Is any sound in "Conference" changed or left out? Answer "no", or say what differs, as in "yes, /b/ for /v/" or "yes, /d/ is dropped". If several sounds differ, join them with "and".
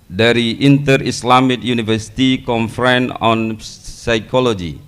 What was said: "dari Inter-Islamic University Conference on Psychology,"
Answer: yes, /s/ is dropped